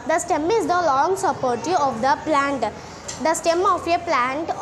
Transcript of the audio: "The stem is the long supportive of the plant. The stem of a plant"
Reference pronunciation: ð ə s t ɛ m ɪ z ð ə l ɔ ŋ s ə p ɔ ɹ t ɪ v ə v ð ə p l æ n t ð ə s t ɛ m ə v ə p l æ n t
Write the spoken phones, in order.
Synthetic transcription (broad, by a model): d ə s t ɛ m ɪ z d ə l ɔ ŋ s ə p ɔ ɹ t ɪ ə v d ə p l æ n t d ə s t ɛ m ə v ə p l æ n t